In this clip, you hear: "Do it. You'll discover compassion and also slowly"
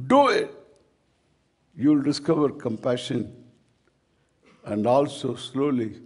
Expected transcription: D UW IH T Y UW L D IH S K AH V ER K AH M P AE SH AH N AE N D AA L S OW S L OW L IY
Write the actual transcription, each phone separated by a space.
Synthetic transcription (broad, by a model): D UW IH T Y UW L D IH S K AH V ER K AH M P AE SH AH N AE N D AA L S OW S L OW L IY